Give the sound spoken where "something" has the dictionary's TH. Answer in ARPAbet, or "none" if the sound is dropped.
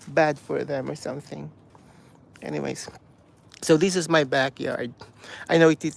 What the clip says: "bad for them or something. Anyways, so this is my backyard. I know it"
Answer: TH